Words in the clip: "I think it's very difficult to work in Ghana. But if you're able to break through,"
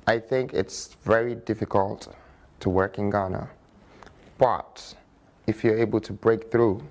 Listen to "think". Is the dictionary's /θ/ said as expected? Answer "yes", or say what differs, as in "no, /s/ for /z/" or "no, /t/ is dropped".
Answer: yes